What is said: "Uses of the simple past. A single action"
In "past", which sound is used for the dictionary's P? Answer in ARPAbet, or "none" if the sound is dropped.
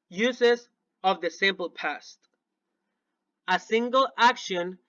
P